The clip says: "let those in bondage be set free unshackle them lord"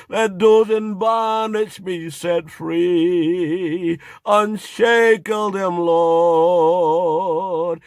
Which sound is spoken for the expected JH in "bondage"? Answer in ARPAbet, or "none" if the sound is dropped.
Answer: SH